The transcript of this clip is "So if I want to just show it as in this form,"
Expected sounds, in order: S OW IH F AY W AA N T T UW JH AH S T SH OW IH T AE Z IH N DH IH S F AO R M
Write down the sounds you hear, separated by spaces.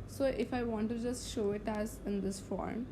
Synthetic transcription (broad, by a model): S OW IH F AY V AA N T T UW JH AH S T SH OW IH T AE Z IH N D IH S F AO R M